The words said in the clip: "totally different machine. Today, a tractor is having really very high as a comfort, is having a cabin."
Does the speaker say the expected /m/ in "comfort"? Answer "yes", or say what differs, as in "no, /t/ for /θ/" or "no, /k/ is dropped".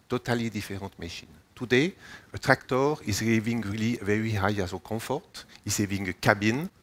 no, /m/ is dropped